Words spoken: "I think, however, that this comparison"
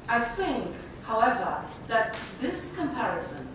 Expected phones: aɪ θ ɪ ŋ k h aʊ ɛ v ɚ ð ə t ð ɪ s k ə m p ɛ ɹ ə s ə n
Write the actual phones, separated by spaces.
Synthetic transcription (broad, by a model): aɪ θ ɪ ŋ k h aʊ ɛ v ɚ ð ə t ð ɪ s k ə m p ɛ ɹ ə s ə n